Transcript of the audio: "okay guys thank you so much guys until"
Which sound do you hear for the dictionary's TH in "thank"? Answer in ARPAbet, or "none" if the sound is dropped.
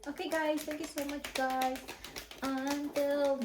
T